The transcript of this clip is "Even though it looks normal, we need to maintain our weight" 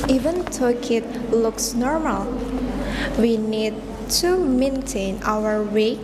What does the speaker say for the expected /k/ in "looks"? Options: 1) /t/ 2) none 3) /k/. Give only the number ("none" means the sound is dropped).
3